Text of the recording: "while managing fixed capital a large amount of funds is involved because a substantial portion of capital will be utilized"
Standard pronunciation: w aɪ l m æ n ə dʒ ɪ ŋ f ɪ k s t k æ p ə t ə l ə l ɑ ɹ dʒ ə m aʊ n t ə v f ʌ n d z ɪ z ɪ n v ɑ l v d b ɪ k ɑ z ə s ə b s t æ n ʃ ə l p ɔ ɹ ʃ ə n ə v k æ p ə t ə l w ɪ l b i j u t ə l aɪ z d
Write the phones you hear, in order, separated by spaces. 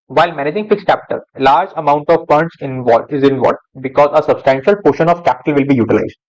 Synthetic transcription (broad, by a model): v aɪ l m æ n ə dʒ ɪ ŋ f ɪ k s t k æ p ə t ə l l ɑ ɹ dʒ ə m aʊ n t ə v p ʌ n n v ɪ z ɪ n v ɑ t b ɪ k ɑ z ə s ə b s t æ n ʃ ə l p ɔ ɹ ʃ ə n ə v k æ p ə t ə l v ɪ l b i j u t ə l aɪ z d